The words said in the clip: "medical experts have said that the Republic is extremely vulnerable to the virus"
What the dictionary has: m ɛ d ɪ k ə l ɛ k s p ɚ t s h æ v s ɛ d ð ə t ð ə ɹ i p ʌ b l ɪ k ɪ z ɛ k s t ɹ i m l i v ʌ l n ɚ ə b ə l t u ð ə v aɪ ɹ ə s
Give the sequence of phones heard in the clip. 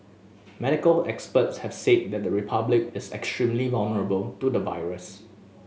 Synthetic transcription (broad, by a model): m ɛ d ɪ k ə l ɛ k s p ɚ t s h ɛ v s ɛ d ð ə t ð ə ɹ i p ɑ b l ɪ k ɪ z ɛ k s t ɹ i m l i v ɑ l n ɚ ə b ə l t u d ə v aɪ ɹ ə s